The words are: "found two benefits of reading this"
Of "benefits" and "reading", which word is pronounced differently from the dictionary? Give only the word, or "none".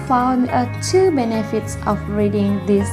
none